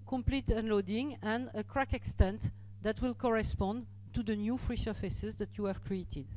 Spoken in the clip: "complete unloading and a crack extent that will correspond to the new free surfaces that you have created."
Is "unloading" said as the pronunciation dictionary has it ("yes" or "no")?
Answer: yes